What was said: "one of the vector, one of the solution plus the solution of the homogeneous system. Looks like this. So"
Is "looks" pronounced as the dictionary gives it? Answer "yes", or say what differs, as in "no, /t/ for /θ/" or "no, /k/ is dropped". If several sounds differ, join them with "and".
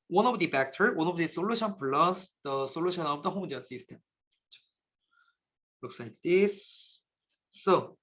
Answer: no, /w/ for /l/